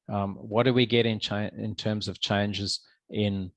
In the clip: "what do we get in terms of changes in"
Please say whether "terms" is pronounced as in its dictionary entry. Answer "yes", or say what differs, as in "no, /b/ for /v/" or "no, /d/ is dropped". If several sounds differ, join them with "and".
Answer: yes